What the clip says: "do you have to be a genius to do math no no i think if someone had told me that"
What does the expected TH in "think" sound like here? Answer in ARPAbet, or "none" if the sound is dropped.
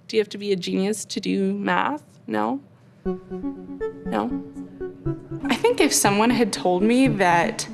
TH